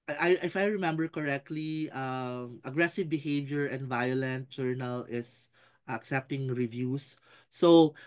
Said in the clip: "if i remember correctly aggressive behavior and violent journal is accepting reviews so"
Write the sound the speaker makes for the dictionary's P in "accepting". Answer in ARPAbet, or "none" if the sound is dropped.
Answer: P